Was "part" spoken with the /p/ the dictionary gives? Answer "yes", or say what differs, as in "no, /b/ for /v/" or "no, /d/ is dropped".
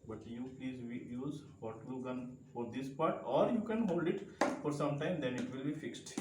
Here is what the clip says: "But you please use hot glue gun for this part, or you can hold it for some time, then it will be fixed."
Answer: yes